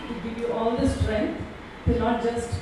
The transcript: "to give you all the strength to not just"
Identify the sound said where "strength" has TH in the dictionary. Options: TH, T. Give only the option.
T